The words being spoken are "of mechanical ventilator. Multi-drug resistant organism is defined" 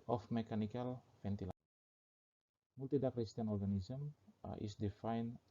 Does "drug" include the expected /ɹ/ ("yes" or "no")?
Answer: no